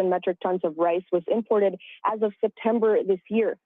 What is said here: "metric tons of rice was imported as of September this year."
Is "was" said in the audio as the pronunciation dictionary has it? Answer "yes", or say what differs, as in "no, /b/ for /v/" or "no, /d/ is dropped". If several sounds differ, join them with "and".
yes